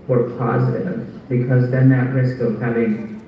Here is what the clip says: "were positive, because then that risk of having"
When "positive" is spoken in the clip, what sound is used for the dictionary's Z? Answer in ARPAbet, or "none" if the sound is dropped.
Z